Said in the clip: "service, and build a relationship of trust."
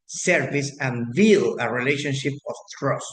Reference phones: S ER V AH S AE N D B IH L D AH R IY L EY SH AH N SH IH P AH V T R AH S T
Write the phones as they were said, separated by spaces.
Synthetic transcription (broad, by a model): S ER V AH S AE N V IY L AH R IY L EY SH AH N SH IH P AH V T R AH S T